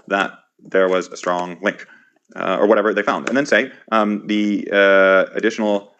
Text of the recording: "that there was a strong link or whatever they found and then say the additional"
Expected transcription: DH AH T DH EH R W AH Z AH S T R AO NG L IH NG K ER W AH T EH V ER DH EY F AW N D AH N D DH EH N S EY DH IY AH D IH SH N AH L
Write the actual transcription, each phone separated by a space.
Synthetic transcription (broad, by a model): DH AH T DH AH R W AH Z AH S T R AO NG L IH NG K ER W AH T EH V ER DH EY F AW N D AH N DH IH N S EY DH IY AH D IH SH N L